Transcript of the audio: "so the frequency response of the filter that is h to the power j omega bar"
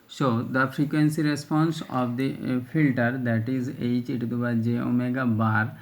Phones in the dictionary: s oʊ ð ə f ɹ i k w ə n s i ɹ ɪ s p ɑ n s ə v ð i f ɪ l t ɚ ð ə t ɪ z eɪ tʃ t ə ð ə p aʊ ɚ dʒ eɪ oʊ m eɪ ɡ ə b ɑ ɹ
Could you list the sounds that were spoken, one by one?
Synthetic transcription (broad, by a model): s oʊ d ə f ɹ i k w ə n s i ɹ ɪ s p ɑ n s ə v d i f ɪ l t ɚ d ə t ɪ z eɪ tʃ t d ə b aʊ dʒ eɪ oʊ m eɪ ɡ ə b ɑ ɹ